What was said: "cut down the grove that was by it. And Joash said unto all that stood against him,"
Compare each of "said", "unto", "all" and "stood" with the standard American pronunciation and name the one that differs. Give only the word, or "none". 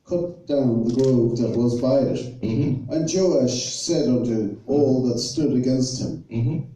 none